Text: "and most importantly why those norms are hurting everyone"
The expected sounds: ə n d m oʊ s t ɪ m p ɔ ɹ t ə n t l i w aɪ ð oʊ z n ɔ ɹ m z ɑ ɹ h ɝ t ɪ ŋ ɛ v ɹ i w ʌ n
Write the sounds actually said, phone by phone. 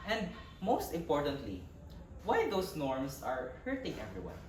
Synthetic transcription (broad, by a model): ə n d m oʊ s t ɪ m p ɔ ɹ t ə n t l i w aɪ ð oʊ s n ɔ ɹ m s ɑ ɹ h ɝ t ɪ ŋ ɛ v ɹ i w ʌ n